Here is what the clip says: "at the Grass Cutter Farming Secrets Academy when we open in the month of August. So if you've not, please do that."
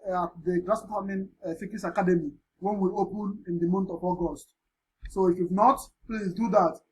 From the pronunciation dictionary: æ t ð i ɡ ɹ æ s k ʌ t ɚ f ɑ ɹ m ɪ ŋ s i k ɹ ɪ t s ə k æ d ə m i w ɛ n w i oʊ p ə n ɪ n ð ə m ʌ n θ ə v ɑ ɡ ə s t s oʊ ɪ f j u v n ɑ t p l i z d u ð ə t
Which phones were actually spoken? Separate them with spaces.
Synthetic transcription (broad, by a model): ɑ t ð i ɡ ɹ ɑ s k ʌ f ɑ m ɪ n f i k ɪ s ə k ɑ d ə m i w ɛ n w i oʊ p ə n ɪ n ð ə m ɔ n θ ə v ɑ ɡ ə s t s oʊ ɪ f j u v n ɑ t p l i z d u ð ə t